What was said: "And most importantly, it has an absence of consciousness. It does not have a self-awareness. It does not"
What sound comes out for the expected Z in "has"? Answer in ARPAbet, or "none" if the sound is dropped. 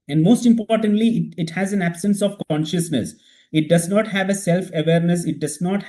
Z